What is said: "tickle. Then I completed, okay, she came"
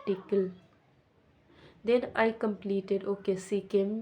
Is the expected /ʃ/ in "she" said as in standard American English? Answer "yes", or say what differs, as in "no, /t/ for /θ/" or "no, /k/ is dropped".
no, /s/ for /ʃ/